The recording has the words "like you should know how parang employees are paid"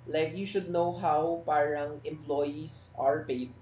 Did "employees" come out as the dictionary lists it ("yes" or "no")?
no